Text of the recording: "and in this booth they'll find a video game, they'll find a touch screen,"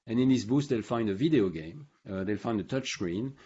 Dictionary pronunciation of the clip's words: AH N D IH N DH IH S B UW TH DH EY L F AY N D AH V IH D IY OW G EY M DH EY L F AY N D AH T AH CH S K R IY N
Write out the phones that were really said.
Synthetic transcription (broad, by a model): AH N IH N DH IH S B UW S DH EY L F AY N D AH V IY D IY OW G EY M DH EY L F AY N D AH T AH CH S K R IY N